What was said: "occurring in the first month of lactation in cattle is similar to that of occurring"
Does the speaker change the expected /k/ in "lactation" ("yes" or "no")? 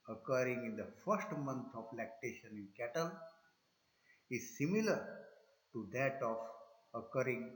no